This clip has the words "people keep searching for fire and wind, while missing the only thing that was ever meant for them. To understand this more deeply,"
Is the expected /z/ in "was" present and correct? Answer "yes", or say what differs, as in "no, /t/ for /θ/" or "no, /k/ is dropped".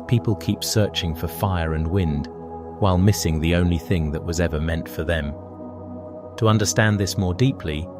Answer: yes